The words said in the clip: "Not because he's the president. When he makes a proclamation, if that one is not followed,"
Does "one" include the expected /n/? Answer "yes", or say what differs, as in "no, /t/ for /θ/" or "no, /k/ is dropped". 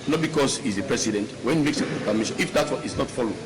no, /n/ is dropped